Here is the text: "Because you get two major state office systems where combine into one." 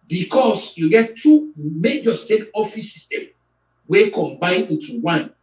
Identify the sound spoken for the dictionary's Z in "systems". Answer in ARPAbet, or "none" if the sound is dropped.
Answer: none